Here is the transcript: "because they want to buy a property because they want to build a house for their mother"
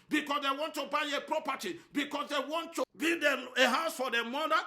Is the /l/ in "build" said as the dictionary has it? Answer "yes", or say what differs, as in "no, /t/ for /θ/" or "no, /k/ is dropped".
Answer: no, /l/ is dropped